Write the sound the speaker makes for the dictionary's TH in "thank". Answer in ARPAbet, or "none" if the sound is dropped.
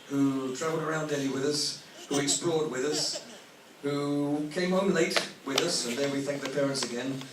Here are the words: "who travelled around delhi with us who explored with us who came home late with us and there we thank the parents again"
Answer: TH